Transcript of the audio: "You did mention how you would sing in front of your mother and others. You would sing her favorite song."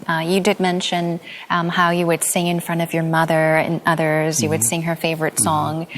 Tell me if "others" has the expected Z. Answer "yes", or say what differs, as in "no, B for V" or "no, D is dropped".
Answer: yes